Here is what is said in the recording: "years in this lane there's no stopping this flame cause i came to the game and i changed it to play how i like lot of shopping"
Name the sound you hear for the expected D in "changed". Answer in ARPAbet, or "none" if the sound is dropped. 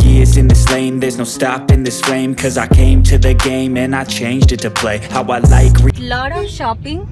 D